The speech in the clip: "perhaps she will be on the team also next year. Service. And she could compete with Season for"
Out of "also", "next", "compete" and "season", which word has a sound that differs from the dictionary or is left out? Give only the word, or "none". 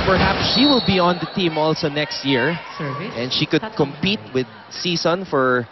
season